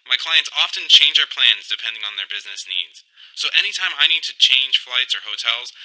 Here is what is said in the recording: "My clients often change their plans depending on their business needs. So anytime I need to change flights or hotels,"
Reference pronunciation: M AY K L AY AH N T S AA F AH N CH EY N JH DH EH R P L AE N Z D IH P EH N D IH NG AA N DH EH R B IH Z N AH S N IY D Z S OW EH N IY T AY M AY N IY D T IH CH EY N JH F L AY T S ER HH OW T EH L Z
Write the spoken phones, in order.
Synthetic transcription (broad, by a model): M AY K L AY AH N T S AA F AH N CH EY N JH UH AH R P L AE N Z D IH P EH N D IH NG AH N DH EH R B IH Z N AH S N IY D Z S OW EH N IY T AY M AY N IY D T IH CH EY N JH F L AY T S ER HH OW T EH L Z